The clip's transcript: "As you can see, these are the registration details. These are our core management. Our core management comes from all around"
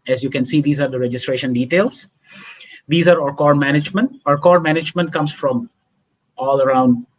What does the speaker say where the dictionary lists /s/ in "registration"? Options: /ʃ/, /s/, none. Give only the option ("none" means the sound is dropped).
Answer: /s/